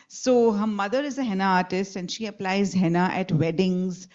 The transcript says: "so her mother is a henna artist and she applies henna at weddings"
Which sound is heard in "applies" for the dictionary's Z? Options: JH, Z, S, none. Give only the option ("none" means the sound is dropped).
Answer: Z